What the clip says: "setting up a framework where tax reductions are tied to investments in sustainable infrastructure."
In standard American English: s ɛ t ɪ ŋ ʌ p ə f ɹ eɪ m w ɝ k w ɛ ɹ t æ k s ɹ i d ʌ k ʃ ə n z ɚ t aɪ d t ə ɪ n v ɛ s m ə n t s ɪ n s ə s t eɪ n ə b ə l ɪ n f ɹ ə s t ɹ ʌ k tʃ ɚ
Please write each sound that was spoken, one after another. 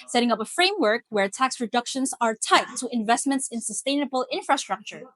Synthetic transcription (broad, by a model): s ɛ t ɪ ŋ ʌ p ə f ɹ eɪ m w ɝ k w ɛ ɹ t æ k s ɹ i d ʌ k ʃ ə n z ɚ t aɪ t ə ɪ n v ɛ s m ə n t s ɪ n s ə s t eɪ n ə b ə l ɪ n f ɹ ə s t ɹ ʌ k tʃ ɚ